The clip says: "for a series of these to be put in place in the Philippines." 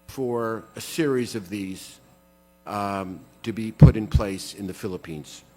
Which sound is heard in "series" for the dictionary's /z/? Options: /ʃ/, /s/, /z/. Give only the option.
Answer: /z/